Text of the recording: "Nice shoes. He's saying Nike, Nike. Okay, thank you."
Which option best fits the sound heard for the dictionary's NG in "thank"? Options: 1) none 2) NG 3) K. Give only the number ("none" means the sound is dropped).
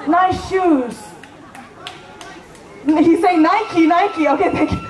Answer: 1